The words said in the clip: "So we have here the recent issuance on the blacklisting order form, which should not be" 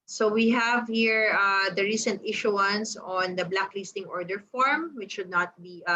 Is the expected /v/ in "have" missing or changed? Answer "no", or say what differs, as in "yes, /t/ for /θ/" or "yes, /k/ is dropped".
no